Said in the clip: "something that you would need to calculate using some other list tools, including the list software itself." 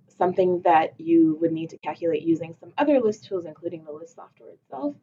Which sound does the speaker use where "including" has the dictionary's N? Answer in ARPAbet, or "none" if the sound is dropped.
N